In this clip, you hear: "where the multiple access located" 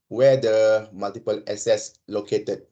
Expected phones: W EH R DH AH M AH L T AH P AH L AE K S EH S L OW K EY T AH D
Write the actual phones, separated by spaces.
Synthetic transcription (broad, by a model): W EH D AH M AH L T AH P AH L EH S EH S L OW K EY T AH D